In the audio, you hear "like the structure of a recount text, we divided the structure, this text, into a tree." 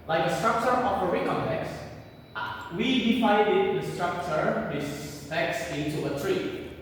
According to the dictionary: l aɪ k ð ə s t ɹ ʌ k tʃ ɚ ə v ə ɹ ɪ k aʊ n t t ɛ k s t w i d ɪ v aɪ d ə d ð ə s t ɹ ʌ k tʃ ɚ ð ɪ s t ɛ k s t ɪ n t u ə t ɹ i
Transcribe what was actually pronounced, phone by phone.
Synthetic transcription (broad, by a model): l aɪ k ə s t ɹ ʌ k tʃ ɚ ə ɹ ə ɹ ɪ k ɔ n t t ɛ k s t w i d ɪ p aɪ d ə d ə s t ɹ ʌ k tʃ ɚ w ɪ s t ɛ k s ɪ n t u ə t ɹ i